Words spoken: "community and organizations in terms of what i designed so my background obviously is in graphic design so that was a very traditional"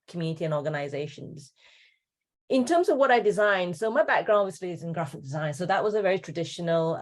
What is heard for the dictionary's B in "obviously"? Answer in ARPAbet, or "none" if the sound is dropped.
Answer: none